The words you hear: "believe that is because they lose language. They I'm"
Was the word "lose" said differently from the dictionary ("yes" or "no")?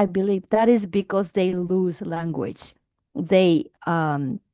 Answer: no